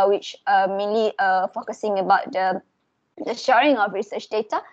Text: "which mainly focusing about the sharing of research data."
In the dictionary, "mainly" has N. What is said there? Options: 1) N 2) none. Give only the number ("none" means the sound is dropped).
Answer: 2